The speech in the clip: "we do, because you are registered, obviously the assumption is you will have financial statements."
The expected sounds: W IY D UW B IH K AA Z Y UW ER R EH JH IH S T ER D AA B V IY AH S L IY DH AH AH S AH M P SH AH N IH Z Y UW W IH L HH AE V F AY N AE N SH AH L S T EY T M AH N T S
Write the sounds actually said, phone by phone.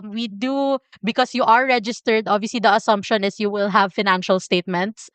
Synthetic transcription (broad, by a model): W IY D UW B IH K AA S Y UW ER R EH JH IH S T ER D AA B V IY AH S L IY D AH AH S AH M P SH AH N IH S Y UW W IH L HH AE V F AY N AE N SH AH L S T EY T M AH N T S